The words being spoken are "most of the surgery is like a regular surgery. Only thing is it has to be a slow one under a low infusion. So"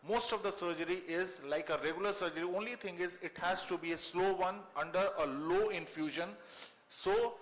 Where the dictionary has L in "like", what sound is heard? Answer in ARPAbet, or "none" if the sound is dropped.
L